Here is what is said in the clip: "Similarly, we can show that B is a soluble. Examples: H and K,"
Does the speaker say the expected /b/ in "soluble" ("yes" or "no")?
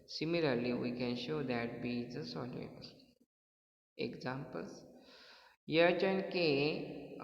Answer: no